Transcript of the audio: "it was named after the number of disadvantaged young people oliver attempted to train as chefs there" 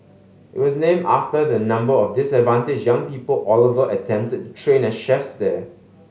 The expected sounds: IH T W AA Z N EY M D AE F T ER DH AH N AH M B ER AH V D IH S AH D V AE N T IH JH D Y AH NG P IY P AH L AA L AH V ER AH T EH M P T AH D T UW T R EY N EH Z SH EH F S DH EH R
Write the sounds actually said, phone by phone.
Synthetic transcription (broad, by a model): IH T W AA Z N EY M AA F T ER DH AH N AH M B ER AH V D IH S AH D V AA N T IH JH Y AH NG P IY P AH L AA L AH V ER AH T EH M P T AH D T UW T R EY N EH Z SH EH F S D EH